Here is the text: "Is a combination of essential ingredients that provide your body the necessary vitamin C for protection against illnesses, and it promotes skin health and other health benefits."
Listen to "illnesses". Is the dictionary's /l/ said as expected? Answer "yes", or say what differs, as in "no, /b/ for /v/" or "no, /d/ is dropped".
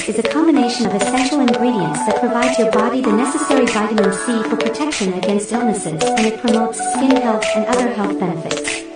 yes